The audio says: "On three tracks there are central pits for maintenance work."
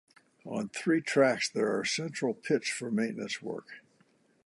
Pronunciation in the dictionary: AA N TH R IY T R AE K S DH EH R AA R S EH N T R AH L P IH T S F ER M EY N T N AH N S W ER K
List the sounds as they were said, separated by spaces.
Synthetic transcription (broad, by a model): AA N TH R IY T R AE K S DH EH R AA R S EH N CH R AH L P IH T S F ER M EY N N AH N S W ER K